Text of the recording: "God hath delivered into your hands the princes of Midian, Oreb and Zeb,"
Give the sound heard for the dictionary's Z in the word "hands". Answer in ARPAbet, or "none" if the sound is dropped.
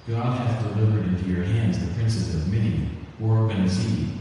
Z